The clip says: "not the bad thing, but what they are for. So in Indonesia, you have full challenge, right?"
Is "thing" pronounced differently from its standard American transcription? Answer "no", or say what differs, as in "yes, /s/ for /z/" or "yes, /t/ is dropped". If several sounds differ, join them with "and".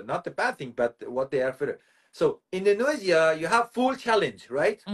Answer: no